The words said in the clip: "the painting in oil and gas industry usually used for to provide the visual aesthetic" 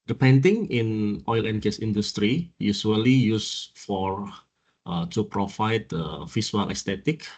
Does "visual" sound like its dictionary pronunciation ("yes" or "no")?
no